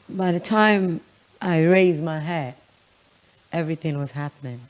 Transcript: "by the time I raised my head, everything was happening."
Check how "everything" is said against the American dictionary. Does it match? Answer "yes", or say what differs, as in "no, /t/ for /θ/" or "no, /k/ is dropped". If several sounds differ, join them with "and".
yes